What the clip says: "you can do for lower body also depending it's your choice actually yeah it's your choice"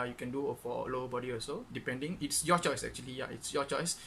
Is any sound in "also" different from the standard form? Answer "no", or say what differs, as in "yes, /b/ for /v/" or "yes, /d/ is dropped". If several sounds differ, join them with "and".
yes, /l/ is dropped